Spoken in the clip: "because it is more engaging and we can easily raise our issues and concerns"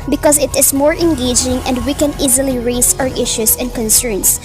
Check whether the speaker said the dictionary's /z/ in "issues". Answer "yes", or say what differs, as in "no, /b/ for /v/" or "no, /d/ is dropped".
no, /s/ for /z/